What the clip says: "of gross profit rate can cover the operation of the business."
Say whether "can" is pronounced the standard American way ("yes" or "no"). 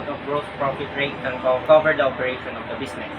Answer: no